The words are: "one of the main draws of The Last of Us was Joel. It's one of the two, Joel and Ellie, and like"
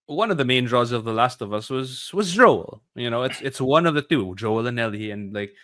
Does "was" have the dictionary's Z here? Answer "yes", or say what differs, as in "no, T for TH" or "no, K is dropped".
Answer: yes